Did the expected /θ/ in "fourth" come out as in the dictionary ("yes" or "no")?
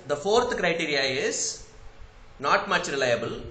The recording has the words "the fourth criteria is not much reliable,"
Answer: no